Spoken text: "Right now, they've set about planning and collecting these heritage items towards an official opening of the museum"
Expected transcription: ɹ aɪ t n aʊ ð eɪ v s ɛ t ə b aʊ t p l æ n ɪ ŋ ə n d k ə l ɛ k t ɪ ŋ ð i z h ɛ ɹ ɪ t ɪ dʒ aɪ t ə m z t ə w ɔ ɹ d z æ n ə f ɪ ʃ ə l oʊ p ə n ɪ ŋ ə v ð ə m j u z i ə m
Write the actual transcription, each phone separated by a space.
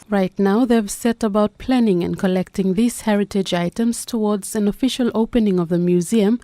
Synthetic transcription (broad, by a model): ɹ aɪ t n aʊ ð eɪ v s ɛ t ə b aʊ t p l æ n ɪ ŋ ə n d k ə l ɛ k t ɪ ŋ ð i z h ɛ ɹ ɪ t ɪ dʒ aɪ t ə m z t ə w ɔ ɹ d z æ n ə f ɪ ʃ ə l oʊ p ə n ɪ ŋ ə v ð ə m j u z i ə m